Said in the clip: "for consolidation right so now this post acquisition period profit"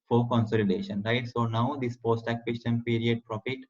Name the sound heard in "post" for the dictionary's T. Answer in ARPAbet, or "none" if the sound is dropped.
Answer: T